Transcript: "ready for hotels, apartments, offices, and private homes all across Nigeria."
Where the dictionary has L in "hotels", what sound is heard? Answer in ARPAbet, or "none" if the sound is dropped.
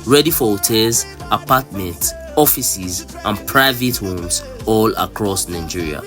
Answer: none